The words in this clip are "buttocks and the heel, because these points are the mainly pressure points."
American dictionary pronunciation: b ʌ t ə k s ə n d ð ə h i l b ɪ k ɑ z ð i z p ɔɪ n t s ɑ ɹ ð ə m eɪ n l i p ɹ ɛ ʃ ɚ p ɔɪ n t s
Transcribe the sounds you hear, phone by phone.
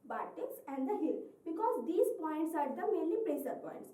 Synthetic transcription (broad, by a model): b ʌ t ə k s ə n d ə h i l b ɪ k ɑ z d i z p ɔɪ n t s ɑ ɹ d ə m eɪ n l i p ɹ ɛ s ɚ p ɔɪ n t s